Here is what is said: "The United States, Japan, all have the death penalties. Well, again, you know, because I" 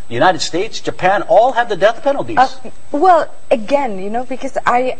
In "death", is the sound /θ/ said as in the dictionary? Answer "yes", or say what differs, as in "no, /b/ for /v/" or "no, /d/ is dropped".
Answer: yes